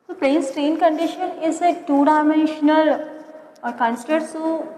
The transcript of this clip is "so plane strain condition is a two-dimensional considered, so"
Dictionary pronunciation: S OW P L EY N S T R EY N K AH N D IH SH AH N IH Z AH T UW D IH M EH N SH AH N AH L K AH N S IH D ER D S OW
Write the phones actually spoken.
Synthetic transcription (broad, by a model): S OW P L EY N S T R EY N K AH N D IH SH AH N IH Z AH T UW D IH M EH N SH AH L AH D K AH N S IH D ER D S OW